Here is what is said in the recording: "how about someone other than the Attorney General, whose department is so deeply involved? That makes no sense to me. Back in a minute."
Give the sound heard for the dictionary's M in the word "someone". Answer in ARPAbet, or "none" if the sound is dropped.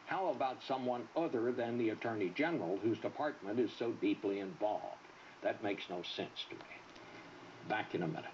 M